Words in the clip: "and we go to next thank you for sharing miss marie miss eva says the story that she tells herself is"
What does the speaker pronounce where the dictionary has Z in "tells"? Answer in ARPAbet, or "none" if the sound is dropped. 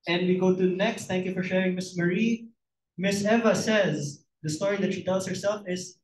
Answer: S